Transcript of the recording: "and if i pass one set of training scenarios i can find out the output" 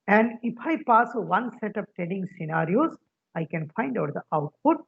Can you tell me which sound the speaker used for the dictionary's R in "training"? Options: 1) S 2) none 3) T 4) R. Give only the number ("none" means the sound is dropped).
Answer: 2